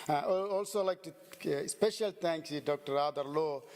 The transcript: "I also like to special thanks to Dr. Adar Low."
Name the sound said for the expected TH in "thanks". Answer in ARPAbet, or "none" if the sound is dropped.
T